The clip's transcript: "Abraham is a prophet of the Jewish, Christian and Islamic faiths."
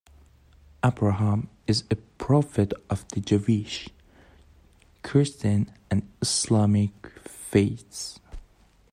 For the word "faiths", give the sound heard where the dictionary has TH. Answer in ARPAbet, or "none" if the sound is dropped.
T